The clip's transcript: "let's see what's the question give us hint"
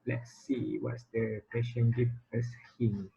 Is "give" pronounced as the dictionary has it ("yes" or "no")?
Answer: no